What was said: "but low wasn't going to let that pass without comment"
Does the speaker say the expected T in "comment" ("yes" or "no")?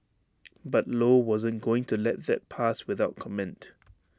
yes